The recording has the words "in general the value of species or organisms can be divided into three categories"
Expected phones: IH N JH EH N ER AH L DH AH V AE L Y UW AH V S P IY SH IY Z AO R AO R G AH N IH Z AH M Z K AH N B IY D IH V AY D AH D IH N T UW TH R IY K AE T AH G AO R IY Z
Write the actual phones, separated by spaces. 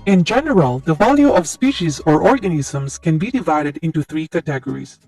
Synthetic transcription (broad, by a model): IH N JH EH N ER AH L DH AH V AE L Y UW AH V S P IY SH IY Z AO R AO R G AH N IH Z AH M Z K AH N B IY D IH V AY D AH D IH N T UW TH R IY K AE T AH G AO R IY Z